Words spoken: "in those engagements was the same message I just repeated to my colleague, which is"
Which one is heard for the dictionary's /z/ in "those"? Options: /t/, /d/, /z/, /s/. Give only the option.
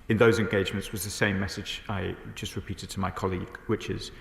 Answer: /z/